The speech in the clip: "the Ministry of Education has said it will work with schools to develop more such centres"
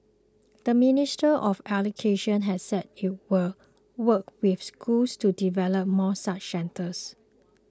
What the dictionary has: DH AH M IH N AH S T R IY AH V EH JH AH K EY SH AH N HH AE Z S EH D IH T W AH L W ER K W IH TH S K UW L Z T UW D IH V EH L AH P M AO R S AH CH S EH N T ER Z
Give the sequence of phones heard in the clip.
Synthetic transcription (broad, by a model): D AH M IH N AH S T IY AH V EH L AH K EY SH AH N HH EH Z S EH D IH T W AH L W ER K W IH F S K UW L S T UW D IH V EH L AH P M AO S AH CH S EH N T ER S